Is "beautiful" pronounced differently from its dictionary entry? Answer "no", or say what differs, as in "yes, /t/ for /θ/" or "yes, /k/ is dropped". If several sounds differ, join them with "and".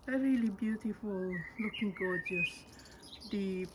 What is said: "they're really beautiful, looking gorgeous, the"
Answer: no